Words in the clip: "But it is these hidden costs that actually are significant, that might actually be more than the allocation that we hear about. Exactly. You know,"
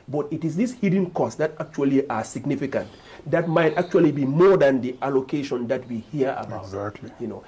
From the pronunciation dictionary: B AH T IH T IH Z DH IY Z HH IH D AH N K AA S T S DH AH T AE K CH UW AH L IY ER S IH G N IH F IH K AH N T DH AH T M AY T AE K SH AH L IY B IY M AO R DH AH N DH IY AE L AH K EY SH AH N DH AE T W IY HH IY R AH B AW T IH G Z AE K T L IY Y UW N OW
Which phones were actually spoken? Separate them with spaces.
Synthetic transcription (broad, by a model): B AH T IH T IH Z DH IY S HH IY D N K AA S S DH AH T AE K CH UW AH L IY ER S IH G N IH F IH K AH N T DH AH T M AY T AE K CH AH L IY B IY M AO R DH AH N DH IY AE L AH K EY SH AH N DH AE T W IY HH IY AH AW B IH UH T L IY Y UW N OW